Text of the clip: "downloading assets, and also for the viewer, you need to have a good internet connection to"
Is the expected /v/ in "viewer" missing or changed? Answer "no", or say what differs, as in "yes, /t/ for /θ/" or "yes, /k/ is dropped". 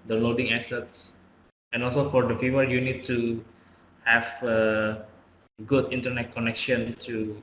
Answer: yes, /f/ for /v/